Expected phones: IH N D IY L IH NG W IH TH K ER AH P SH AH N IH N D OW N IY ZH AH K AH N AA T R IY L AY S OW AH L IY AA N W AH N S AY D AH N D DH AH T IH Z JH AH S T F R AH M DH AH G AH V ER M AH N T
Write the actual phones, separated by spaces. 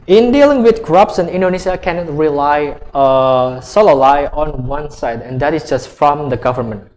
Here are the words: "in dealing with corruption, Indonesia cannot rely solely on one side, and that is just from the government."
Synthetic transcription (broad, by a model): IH N D IY L IH NG W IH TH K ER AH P S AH N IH N D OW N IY SH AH K AH N AA T R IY L AY S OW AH L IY AA N W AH N S AY D AH N D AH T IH S JH AH S T F R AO M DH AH G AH V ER M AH N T